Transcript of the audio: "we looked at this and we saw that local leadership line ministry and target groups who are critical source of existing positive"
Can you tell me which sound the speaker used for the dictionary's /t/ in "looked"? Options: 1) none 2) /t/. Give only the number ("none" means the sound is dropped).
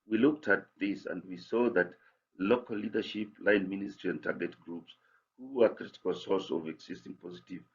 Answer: 2